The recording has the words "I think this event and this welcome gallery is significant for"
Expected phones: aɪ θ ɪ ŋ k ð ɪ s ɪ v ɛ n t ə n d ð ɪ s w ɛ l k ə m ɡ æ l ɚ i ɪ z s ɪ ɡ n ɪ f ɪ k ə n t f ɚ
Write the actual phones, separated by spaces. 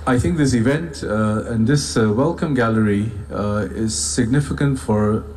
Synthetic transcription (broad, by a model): aɪ θ ɪ ŋ k ð ɪ s ɪ v ɛ n t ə n ð ɪ s w ɛ l k ə m ɡ æ l ɚ i ɪ z s ɪ ɡ n ɪ f ɪ k ə n t f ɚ